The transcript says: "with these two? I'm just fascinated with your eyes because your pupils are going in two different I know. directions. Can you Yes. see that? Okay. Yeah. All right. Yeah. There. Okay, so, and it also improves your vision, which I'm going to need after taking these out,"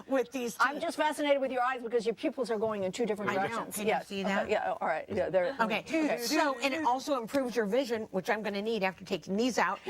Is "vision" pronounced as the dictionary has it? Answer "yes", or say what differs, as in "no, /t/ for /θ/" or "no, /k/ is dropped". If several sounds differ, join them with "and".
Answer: yes